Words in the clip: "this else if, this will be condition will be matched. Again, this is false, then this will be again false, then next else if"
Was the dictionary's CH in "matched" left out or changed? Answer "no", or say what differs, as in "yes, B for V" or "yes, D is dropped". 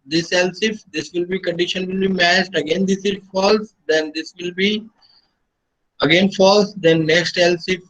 yes, S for CH